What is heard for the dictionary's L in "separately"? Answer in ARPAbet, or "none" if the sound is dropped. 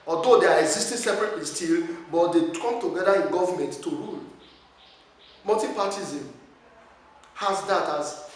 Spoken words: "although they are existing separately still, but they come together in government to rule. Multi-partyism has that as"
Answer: none